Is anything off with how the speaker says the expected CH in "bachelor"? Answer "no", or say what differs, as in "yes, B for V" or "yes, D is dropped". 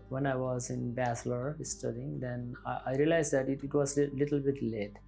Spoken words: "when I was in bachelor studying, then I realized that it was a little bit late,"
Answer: yes, S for CH